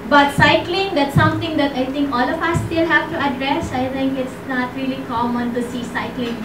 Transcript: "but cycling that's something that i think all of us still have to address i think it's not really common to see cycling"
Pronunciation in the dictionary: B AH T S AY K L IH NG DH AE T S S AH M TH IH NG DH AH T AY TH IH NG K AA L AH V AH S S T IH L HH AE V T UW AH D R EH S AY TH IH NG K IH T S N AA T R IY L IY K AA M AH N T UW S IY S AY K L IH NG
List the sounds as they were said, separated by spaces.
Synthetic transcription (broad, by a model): B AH T S AY K L IH NG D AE T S S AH M T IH NG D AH T AY T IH NG K AA L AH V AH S S T IH L HH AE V T UW AH D R EH S AY T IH NG K IH T S N AA T R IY L IY K AA M AH N T UW S IY S AY K L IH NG